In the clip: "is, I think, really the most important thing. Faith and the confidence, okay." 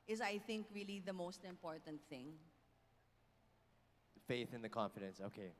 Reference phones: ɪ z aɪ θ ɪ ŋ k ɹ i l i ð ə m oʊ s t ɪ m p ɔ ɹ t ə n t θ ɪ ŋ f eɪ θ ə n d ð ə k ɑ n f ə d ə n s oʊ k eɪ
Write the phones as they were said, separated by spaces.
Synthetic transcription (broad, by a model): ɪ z aɪ θ ɪ ŋ k ɹ i l i ð ə m oʊ s t ɪ m p ɔ ɹ t ə n t θ ɪ ŋ f eɪ θ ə n ð ə k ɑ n f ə d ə n s oʊ k eɪ